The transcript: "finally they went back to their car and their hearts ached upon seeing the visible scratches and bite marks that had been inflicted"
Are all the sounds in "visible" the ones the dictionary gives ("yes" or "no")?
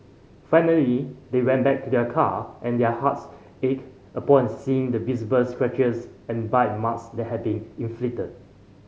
no